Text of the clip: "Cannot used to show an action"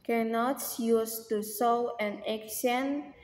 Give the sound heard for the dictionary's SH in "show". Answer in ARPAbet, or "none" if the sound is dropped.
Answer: S